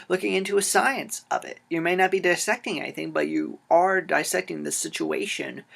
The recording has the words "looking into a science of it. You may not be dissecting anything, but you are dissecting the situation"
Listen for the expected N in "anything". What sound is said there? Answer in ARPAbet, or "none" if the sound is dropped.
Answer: none